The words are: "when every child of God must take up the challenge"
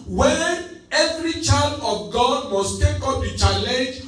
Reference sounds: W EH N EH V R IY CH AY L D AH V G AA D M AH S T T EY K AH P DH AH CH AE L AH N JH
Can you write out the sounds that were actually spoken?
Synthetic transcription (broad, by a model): W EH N EH V R IY CH AY L D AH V G AA D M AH S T T EY K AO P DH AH CH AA L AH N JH